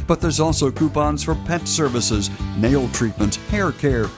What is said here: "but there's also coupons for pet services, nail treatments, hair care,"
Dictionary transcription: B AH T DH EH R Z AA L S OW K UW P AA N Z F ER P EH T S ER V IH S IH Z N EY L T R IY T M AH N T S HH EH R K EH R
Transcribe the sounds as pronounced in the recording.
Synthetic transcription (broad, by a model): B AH T DH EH R Z AA L S OW K UW P AA N Z F ER P EH T S ER V IH S IH Z N EY L T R IY T M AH N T HH EH R K EH R